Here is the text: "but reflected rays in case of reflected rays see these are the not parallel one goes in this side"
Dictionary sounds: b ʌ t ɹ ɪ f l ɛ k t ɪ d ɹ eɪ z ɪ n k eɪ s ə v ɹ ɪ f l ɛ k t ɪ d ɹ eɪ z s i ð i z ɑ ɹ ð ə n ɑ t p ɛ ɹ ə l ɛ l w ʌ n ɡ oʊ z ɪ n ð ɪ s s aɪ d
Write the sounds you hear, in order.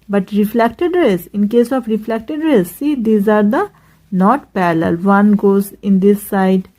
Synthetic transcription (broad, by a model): b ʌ t ɹ ɪ f l ɛ k t ɪ d ɹ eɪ s ɪ n k eɪ s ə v ɹ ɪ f l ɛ k t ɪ d ɹ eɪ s s i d i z ɑ ɹ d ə n ɑ t p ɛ l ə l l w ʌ n ɡ oʊ z ɪ n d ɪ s s aɪ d